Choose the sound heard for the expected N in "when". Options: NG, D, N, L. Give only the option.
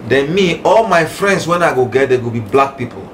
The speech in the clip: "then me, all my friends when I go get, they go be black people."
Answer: N